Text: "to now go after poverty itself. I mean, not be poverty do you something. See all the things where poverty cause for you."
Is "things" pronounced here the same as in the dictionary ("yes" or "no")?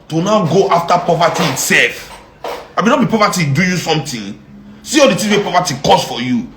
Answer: no